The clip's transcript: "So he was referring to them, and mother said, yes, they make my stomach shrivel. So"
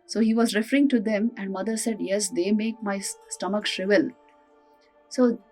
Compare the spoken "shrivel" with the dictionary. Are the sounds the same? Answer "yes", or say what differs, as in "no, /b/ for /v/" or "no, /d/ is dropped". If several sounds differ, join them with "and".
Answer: yes